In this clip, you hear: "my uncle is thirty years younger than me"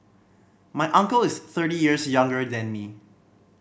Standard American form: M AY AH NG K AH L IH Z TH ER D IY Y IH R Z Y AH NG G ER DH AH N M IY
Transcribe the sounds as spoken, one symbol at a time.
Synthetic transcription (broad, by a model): M AY AH NG K AH L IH S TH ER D IY Y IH R S Y AH NG G ER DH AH N M IY